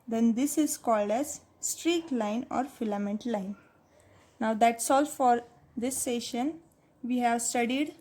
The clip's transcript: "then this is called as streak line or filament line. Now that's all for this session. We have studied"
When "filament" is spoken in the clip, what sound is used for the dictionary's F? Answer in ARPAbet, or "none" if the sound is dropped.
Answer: F